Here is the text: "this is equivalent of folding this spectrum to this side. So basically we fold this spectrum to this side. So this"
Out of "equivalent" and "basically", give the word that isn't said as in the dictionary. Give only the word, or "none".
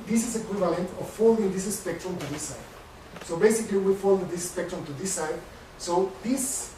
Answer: none